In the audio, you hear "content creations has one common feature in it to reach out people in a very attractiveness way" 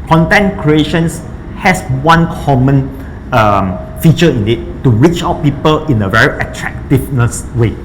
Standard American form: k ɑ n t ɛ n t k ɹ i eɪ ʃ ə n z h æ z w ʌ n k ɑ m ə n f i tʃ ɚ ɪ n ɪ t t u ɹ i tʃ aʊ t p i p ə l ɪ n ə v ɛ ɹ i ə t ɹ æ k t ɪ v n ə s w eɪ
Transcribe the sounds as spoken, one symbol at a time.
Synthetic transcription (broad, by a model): k ɑ n t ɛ n k ɹ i eɪ ʃ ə n s h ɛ s w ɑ n k ɑ m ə n f i tʃ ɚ ɪ n ɪ t t u ɹ i tʃ aʊ t p i p ə l ɪ n ə v ɛ ɹ i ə t ɹ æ k t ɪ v n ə s w eɪ